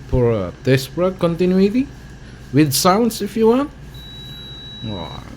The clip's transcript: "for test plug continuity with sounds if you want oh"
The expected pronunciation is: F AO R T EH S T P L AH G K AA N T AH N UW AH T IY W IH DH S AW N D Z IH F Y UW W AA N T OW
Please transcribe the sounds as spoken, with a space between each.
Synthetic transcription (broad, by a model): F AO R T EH S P AH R K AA N T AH N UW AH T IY W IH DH S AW N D S IH F Y UW W AA N T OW